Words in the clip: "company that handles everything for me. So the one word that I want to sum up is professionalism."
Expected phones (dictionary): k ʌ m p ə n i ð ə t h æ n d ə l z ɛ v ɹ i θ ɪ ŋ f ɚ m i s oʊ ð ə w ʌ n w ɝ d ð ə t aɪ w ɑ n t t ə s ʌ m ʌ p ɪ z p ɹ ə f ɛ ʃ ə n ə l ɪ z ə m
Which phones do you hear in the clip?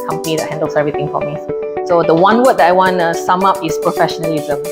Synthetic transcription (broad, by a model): k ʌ m p ə n i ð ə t h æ n d ə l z ɛ v ɹ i t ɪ ŋ f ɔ m i s oʊ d ə w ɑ n w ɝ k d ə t aɪ w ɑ n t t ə s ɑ m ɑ p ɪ s p ɹ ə f ɛ ʃ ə n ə l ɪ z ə m